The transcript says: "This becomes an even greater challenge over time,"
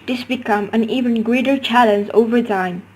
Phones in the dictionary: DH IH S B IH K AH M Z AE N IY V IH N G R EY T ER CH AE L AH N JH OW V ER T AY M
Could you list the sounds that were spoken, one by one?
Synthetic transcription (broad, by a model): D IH S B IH K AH M AE N IY V IH N G R EY T ER CH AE L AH N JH OW V ER T AY M